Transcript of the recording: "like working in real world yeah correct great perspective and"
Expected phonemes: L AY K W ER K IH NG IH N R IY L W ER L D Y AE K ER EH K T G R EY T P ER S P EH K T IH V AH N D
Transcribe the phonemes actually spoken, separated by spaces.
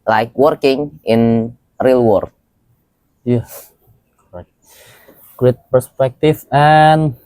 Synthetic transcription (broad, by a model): L AY K W ER K IH NG IH N R IY L W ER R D Y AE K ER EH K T G R EY T P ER S P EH K T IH F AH N